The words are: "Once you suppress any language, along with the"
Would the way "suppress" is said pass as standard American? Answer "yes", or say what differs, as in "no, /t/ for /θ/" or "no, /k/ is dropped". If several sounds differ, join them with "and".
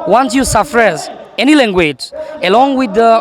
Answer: no, /f/ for /p/